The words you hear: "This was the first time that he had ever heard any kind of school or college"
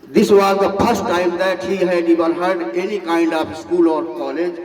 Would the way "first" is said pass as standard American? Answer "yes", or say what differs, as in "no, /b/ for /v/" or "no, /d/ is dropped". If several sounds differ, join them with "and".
no, /p/ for /f/